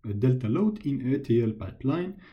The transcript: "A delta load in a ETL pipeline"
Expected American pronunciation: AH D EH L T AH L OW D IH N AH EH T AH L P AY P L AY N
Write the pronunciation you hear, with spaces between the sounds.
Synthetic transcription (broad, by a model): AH D EH L T AH L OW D IH N AH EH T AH L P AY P L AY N